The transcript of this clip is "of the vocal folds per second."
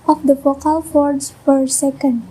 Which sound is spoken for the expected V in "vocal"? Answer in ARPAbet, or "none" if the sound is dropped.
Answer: F